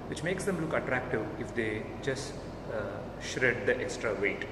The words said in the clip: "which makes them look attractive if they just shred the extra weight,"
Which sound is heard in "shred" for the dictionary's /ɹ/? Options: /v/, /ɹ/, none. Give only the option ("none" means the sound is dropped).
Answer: /ɹ/